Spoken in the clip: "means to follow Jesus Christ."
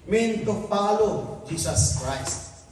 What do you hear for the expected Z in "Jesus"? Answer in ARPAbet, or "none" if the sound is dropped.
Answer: S